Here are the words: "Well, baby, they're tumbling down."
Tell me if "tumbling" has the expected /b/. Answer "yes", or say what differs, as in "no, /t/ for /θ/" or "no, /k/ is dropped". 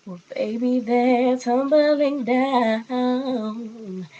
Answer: yes